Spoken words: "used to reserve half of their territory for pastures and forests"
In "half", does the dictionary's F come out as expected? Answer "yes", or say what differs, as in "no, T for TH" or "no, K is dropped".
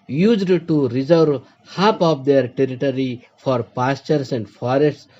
no, P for F